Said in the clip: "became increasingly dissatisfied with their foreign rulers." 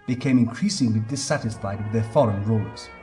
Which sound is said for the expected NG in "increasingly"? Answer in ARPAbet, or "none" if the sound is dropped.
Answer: NG